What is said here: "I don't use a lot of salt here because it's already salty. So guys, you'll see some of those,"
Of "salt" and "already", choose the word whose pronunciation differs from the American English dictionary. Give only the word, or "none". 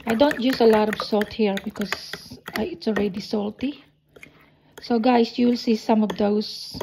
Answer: none